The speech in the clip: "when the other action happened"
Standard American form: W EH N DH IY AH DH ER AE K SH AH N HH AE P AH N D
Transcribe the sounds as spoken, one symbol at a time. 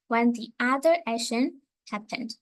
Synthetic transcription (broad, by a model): W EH N DH IY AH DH ER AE SH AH N HH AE P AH N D